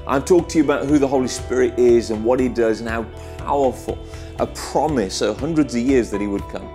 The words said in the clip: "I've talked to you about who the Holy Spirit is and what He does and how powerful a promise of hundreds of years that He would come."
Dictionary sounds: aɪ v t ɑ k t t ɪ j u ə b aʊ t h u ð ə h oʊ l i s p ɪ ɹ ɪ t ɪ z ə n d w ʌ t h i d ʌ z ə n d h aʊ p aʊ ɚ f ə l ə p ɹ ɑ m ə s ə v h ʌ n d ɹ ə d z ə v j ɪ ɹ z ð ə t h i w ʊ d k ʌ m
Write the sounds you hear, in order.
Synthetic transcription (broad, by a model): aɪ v t ɑ k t t ɪ j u ə b aʊ t h u ð ə h oʊ l i s p ɪ ɹ ɪ t ɪ z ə n w ʌ t h i d ʌ z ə n h aʊ p aʊ ɚ f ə l ə p ɹ ɑ m ə s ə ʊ h ʌ n d ɹ ə d z ə v j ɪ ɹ z ð ə t h i w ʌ d k ʌ m